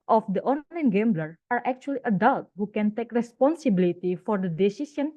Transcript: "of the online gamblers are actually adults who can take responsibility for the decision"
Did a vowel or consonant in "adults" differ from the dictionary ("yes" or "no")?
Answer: yes